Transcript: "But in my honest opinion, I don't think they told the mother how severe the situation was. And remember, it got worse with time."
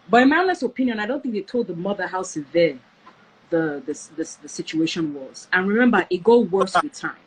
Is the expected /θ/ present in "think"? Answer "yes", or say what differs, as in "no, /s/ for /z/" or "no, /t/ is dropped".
yes